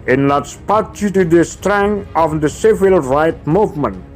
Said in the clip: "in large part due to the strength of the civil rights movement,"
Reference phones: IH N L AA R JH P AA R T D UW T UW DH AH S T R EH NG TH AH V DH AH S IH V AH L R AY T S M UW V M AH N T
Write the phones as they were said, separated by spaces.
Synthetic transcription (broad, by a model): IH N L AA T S P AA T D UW T UW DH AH S T R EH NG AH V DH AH S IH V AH L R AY T M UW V M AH N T